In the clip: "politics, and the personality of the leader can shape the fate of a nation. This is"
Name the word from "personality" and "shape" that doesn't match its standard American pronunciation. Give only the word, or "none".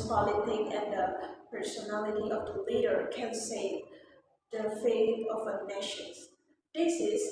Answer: shape